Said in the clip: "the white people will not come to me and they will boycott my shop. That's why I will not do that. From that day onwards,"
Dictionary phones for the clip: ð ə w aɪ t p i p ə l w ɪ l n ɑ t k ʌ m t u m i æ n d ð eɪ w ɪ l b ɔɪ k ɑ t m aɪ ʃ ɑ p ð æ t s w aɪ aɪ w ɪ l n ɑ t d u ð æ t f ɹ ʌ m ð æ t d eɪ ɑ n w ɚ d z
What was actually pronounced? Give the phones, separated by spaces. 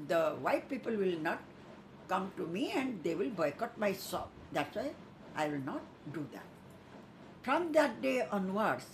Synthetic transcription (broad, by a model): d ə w aɪ t p i p ə l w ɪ l n ɑ t k ʌ m t u m i æ n d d eɪ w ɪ l b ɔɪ k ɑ t m aɪ s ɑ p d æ t s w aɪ aɪ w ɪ l n ɑ t d u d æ t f ɹ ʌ m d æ t d eɪ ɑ n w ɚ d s